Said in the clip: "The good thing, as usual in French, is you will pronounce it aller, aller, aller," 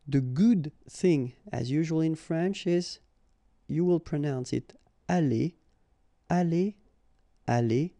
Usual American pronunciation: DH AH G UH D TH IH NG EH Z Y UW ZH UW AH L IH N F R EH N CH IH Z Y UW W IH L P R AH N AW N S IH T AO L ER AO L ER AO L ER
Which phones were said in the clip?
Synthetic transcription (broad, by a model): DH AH G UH D TH IH NG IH Z Y UW ZH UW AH L IH N F R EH N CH IH Z Y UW W IH L P R AH N AW N S IH T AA L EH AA L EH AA L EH